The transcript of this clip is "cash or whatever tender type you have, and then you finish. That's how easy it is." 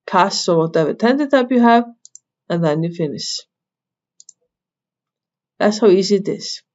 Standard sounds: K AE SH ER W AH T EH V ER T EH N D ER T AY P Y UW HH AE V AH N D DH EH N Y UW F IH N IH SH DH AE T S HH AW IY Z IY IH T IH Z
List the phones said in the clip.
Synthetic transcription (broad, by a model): K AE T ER W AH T EH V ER T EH N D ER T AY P Y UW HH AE V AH N DH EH N Y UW F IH N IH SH DH AE T S HH AW IY Z IY IH T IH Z